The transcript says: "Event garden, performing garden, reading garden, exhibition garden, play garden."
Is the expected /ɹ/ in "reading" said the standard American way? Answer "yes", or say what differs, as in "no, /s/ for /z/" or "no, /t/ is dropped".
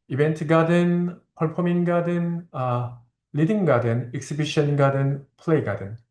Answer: no, /l/ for /ɹ/